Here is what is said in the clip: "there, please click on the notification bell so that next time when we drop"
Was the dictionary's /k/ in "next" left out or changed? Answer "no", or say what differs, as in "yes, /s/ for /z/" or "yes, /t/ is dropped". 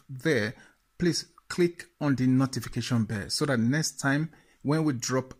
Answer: no